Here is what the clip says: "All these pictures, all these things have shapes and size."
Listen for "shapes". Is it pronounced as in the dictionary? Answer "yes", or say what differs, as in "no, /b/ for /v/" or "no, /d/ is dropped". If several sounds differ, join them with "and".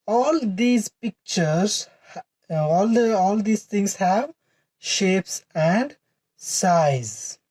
yes